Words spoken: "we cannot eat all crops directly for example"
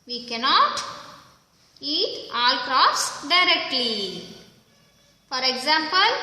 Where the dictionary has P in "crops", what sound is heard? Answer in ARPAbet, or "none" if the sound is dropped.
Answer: F